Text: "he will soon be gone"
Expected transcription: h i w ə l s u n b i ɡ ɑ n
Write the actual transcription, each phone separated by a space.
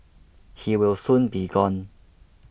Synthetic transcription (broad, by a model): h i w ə w s u n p i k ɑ n